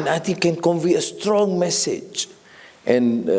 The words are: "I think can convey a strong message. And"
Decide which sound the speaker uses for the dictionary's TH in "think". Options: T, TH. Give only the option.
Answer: T